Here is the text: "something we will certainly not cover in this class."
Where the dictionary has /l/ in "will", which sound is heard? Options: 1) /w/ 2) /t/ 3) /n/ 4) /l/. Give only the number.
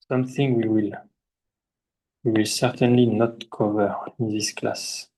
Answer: 4